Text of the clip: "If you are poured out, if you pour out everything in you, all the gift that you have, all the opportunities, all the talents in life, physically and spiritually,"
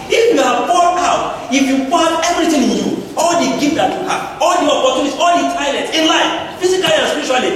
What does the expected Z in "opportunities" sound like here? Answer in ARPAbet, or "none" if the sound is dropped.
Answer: none